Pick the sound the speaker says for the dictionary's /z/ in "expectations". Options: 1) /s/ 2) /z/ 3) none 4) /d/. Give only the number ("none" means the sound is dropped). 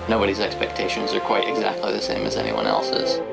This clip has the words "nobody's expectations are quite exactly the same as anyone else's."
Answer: 2